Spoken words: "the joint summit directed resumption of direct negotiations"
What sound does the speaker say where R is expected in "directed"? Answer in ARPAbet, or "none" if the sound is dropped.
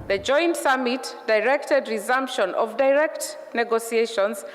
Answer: R